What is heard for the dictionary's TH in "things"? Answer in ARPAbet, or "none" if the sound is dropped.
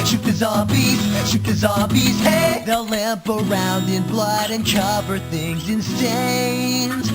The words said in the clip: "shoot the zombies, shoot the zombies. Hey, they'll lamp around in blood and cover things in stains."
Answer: TH